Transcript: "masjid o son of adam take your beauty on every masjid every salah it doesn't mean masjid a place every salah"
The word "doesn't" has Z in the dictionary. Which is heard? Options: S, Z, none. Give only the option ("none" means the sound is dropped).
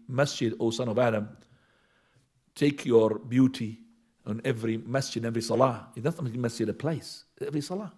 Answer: S